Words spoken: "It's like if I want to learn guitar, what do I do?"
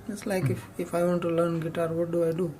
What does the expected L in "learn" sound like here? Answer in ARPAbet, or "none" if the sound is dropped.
L